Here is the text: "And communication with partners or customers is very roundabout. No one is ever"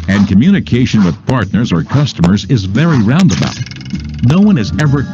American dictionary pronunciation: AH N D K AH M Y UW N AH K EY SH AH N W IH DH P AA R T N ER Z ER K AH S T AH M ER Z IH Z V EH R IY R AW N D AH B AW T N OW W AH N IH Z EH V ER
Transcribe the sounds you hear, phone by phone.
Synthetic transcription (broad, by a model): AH N K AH M Y UW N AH K EY SH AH N W IH DH P AA R T N ER Z ER K AH S T AH M ER Z IH Z V EH R IY R AW N D AH B AW T N OW W AH N IH Z EH V ER